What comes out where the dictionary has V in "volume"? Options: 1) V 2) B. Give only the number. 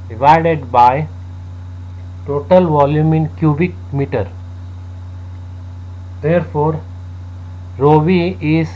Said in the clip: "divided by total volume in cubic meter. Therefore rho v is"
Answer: 1